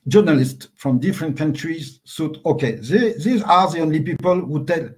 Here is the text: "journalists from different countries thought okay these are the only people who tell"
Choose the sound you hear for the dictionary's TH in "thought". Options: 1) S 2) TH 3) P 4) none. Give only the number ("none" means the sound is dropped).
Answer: 1